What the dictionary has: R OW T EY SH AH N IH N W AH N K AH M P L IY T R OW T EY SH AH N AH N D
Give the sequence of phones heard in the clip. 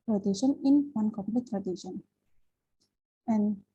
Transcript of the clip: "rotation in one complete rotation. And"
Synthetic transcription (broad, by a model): R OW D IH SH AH N IH N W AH N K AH P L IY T R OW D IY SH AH N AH N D